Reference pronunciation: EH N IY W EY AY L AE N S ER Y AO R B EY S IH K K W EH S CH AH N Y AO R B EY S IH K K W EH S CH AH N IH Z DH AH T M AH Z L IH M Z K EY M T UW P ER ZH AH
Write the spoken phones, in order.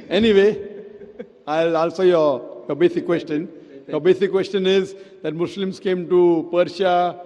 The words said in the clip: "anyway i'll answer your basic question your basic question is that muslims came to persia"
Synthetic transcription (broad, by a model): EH N IY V EY AY L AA L S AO Y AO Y B EY S IH K K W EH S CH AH N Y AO B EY S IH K K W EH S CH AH N IH Z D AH T M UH S L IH M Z K EY M T UW P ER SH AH